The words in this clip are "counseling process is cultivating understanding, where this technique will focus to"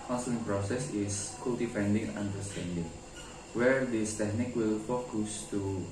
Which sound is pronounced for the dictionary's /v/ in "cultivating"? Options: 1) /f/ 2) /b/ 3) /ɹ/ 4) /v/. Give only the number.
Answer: 1